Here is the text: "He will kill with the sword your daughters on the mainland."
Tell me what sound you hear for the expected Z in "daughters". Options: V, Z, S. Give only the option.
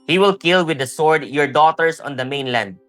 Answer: S